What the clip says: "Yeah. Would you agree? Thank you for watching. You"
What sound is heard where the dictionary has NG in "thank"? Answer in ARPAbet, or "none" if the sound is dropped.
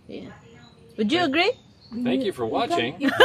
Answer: none